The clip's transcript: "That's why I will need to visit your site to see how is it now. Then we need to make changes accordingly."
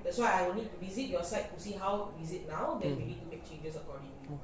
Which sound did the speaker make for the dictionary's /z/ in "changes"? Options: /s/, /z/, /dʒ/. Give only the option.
/s/